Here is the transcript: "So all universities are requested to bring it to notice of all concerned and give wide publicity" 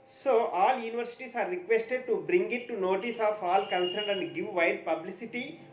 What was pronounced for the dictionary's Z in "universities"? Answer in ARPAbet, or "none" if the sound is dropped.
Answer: S